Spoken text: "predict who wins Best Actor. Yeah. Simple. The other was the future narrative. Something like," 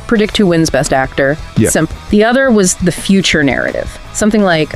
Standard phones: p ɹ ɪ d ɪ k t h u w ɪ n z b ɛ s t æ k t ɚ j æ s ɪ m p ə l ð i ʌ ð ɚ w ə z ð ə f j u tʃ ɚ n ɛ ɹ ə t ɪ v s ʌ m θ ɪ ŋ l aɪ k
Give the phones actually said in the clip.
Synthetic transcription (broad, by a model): p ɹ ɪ d ɪ k t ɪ w ɪ n z b ɛ s t æ k t ɚ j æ s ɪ m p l ð i ʌ ð ɚ w ə z ð ə f j u tʃ ɚ n ɛ ɹ ə t ɪ v s ʌ m θ ɪ ŋ l aɪ k